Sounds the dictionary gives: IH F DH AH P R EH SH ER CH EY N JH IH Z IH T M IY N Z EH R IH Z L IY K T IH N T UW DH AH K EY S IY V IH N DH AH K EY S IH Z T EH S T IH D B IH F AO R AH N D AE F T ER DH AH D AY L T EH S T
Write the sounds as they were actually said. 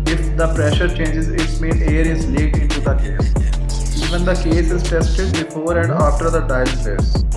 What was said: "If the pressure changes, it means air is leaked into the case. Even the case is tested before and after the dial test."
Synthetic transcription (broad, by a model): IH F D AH P R EH SH ER CH EY N JH IH Z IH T M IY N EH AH R IH Z L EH T IH N T UW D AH K EY S IY V IH N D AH K EY S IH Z T EH S T IH D B IH F AO R AH N D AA F T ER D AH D AY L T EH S